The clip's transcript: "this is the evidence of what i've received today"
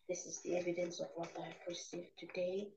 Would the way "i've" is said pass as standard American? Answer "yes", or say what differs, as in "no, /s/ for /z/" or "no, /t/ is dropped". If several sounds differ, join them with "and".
no, /p/ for /v/